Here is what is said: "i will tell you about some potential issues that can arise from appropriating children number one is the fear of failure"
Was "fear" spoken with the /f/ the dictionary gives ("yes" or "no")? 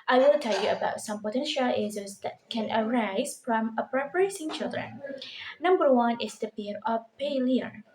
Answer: no